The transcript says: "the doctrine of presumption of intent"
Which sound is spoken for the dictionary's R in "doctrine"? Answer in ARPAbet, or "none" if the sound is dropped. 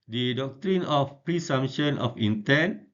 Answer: R